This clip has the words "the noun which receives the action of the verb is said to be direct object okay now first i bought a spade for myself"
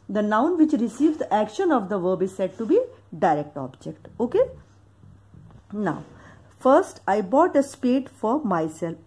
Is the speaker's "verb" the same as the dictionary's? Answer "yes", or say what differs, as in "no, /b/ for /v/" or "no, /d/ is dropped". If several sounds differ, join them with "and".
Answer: yes